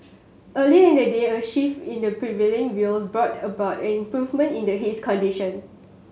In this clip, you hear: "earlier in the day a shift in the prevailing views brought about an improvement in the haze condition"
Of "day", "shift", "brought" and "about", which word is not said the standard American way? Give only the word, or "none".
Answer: shift